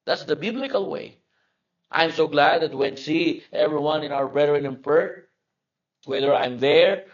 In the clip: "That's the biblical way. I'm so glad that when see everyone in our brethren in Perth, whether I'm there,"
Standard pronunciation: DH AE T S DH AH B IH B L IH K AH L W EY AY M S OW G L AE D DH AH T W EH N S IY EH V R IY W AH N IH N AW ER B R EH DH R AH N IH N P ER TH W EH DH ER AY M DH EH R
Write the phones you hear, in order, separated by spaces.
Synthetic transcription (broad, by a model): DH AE T S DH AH B IH B L IH K AH L W EY AY M S OW G L AE D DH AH T W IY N S IY EH V R IY W AH N IH N AW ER B R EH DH R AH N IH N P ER T W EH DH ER AY M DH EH R